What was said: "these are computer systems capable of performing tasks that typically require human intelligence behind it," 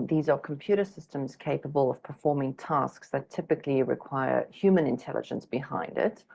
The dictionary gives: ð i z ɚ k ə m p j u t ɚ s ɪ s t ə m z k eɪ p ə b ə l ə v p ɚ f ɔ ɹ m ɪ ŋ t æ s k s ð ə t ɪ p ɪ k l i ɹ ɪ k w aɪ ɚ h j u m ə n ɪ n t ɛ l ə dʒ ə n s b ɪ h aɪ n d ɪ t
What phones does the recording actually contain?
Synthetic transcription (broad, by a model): ð i z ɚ k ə m p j u t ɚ s ɪ s t ə m z k eɪ p ə b ə l ə v p ɚ f ɔ ɹ m ɪ ŋ t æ s k s ð ə t ɪ p ɪ k l i ɹ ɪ k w aɪ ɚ h j u m ə n ɪ n t ɛ l ə dʒ ə n s b ɪ h aɪ n d ɪ t